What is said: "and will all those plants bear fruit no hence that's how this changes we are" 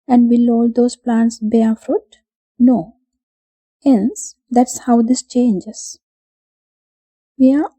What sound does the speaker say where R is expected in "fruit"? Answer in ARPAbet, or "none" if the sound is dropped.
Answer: R